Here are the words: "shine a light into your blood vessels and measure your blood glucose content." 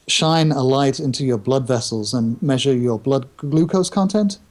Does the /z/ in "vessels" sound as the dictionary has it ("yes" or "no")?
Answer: yes